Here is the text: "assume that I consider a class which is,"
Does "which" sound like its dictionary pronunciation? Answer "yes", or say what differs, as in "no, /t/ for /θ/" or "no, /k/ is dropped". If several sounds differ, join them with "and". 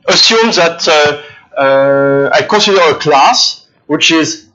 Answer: yes